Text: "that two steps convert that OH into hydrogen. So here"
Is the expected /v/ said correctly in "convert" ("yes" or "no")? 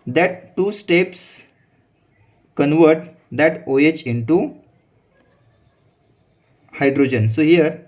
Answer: yes